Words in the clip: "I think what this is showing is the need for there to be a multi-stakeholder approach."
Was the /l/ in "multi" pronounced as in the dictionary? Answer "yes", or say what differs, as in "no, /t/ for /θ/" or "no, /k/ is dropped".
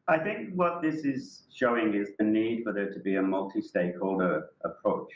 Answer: yes